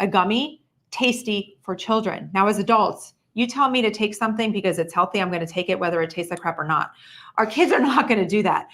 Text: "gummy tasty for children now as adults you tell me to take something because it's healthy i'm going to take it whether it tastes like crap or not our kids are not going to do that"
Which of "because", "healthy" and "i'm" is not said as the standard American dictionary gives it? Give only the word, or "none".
none